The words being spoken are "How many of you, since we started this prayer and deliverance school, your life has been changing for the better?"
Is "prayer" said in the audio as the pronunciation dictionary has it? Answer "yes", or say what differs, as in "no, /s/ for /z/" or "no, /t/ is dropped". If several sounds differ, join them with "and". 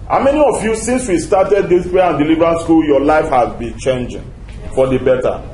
no, /ɹ/ is dropped